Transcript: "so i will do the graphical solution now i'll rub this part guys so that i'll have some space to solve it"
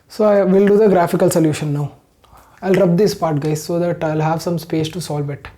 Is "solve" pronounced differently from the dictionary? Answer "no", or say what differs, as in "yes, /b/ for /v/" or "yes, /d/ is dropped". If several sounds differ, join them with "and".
no